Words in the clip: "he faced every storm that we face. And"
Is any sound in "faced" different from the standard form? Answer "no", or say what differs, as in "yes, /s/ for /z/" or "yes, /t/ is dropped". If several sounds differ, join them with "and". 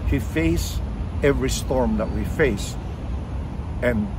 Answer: yes, /t/ is dropped